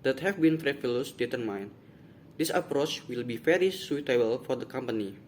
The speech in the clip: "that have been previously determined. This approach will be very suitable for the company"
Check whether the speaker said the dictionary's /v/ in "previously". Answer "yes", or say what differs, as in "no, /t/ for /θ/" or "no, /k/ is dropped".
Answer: no, /f/ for /v/